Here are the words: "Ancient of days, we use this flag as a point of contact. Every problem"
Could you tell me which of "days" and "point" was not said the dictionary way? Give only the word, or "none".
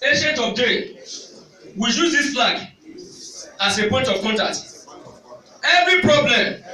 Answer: days